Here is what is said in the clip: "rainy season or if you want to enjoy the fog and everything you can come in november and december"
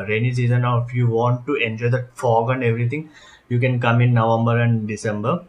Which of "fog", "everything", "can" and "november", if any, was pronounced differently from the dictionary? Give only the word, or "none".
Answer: everything